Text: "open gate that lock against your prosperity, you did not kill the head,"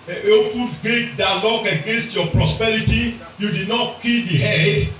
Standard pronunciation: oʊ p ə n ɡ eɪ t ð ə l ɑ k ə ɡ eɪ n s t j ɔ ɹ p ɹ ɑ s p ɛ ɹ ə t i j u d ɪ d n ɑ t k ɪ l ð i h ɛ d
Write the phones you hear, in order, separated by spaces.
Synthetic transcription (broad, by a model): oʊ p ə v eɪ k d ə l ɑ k ə ɡ eɪ n s t j ɔ p ɹ ɑ s p ɛ ɹ ə t i j u d ɪ d n ɑ t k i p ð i h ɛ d